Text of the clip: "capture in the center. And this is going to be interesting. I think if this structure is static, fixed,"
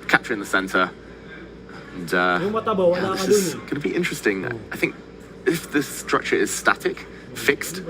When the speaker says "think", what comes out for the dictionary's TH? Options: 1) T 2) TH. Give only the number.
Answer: 2